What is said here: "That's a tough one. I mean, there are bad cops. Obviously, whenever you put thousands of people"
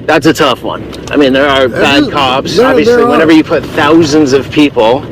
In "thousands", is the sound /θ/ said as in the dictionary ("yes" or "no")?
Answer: yes